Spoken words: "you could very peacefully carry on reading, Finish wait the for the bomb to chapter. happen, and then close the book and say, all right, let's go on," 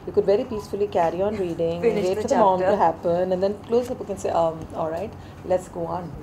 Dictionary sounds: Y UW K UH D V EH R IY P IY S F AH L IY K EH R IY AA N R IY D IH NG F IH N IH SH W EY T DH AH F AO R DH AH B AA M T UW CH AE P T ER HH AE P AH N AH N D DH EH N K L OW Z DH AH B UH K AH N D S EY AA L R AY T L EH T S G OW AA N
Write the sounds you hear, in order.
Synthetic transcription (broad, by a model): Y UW K UH D V EH R IY P IY S F AH L IY K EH R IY AA N R IY D IH NG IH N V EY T F AO R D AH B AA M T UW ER HH AE P AH N AH N D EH N K L OW Z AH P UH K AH N S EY AA L R AY T L EH T S G OW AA N